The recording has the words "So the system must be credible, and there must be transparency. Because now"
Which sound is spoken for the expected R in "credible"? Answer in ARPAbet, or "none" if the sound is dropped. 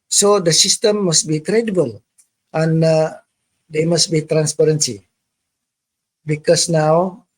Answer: R